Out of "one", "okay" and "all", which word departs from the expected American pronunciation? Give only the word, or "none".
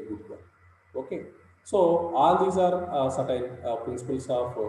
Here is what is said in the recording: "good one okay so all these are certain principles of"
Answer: one